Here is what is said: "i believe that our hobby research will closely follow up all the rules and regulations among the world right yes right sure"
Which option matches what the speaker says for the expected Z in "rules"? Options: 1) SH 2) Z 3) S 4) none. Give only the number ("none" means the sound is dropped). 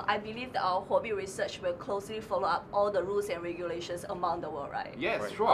3